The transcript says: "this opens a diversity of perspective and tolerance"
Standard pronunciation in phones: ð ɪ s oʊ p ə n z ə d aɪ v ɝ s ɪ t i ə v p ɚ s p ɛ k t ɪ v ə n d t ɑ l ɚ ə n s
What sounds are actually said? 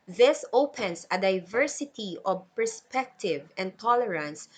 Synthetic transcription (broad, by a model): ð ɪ s oʊ p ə n s ə d aɪ v ɝ s ɪ t i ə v p ɚ s p ɛ k t ɪ v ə n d t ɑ l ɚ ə n s